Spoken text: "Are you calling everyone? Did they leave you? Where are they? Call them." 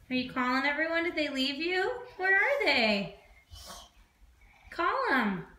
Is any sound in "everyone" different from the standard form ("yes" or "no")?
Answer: no